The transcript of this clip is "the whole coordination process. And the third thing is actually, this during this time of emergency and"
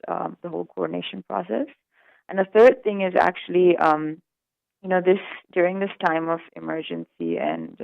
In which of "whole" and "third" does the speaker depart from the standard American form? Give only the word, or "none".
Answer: none